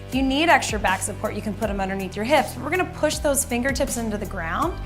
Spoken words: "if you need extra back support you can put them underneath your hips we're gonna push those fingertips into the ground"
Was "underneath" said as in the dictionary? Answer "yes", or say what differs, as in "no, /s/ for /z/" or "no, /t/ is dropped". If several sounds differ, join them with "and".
yes